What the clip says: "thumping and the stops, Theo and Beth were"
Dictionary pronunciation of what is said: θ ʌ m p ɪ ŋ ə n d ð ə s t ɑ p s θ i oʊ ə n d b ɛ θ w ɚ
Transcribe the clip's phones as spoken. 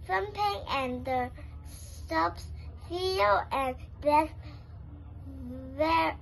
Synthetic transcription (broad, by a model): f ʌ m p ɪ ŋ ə n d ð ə s t ɑ p s f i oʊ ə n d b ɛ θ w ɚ